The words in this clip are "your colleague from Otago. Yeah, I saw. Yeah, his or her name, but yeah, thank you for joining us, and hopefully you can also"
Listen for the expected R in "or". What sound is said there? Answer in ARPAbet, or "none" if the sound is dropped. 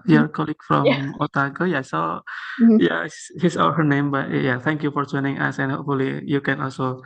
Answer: L